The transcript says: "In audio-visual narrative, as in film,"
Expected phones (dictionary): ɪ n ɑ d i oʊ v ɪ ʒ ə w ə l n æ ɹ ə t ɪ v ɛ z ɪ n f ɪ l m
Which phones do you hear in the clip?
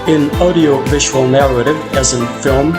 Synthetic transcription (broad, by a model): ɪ n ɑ d i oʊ v ɪ ʒ ə w ə l n æ ɹ ə t ɪ v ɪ z ɪ n f ɪ l m